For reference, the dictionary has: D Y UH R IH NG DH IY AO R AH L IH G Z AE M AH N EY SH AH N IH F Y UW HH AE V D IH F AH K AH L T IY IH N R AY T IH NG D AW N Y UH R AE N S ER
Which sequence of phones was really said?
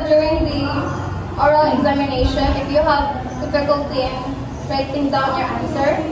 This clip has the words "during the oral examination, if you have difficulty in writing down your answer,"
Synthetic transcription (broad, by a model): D Y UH R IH NG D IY AO R AH L IH G Z AE M AH N EY SH AH N IH F Y UW HH AE V D IH F AH K AH L T IY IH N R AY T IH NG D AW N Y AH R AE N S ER